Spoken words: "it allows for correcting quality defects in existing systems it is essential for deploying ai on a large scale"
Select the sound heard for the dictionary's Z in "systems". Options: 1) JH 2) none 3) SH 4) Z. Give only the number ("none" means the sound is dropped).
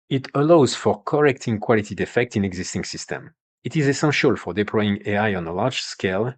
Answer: 2